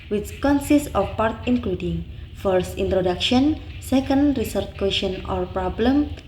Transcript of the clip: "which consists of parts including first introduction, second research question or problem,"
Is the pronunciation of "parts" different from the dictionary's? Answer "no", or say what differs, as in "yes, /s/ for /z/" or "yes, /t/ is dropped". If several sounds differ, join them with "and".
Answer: yes, /s/ is dropped